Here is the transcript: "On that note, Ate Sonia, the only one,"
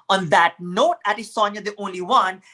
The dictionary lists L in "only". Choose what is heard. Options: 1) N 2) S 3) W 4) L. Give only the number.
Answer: 4